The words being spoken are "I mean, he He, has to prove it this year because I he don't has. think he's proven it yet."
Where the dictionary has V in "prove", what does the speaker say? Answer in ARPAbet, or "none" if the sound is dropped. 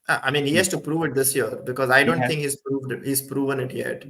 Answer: V